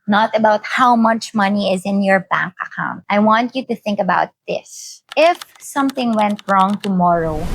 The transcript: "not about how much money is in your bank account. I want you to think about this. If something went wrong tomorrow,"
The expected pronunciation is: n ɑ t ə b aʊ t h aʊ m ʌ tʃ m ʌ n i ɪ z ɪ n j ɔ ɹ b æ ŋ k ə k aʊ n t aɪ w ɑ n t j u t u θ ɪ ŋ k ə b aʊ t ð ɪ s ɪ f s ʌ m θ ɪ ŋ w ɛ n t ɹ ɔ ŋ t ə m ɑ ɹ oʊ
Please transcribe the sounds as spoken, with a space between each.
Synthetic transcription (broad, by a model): n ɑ t ə b aʊ t h aʊ m ʌ tʃ m ʌ n i ɪ z ɪ n j ɔ ɹ b æ ŋ k ə k aʊ n t aɪ w ɑ n t j u t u θ ɪ ŋ k ə b aʊ t ð ɪ s ɪ f s ʌ m θ ɪ ŋ w ɛ n t ɹ ɔ ŋ t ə m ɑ ɹ oʊ